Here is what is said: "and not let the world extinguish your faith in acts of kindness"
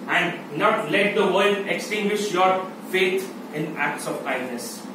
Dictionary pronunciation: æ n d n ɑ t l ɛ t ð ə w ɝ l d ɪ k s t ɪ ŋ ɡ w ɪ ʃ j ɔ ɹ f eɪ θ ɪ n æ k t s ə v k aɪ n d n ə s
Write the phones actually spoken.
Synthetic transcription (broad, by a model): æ n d n ɑ t l ɛ t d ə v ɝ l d ɪ k s t ɪ ŋ ɡ w ɪ ʃ j ɔ ɹ f eɪ t ɪ n æ k t s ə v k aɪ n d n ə s